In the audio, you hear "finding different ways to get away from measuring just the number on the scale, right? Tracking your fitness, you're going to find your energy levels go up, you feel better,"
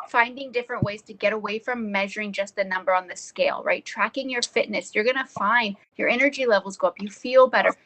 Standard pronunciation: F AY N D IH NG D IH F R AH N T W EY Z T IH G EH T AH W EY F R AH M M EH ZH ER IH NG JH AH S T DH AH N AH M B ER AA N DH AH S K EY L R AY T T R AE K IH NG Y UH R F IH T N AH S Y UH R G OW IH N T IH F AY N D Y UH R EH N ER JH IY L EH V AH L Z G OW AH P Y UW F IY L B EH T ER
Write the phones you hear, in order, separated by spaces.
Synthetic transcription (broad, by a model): F AY N D IH NG D IH F R AH N T W EY Z T IH G EH T AH W EY F R AH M M EH ZH ER IH NG JH AH S T DH AH N AH M B ER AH N DH AH S K EY L R AY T T R AE K IH NG Y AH R F IH T N AH S Y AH R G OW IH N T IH F AY N D Y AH R EH N ER JH IY L EH V L Z G OW AH P Y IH F IY L B EH T ER